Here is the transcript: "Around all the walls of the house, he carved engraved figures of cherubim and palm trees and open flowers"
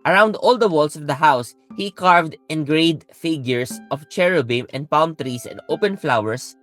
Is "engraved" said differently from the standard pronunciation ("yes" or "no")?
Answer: yes